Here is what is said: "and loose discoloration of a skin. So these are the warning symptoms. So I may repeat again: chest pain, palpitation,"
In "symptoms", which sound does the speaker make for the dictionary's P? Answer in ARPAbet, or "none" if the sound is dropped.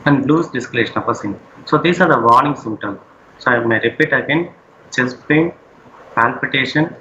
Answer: none